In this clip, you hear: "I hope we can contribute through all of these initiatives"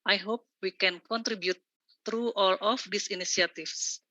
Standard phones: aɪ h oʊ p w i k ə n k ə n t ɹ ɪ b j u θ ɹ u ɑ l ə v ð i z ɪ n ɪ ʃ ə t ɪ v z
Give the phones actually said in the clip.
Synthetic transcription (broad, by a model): aɪ h oʊ p w i k ə n k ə n t ɹ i b j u t ɹ u ɑ l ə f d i s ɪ n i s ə t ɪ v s